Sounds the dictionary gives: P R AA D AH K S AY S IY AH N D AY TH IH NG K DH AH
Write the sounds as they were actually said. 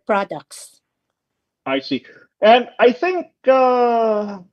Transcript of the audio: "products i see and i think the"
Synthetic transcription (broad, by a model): P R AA D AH K S AY S IY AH N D AY TH IH NG K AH